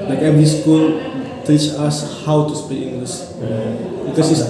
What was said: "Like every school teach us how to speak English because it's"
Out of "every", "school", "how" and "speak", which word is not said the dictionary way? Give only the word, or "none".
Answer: speak